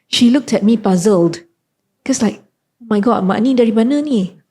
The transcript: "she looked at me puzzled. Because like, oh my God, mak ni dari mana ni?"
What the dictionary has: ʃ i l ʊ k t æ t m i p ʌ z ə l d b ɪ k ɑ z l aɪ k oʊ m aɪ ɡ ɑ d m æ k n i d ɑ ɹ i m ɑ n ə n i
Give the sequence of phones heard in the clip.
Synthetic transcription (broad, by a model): ʃ i l ʊ k t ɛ t m i p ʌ z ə l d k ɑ s l aɪ k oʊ m aɪ ɡ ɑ m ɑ n i d ɑ ɹ i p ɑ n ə n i